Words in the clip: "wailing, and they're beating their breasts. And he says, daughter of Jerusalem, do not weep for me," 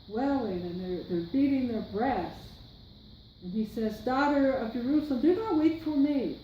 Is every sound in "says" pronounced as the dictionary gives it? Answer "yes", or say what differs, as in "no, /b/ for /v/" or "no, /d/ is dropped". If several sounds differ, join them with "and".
yes